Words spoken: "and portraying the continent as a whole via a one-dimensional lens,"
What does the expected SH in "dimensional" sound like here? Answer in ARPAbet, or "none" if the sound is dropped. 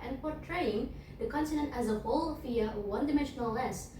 SH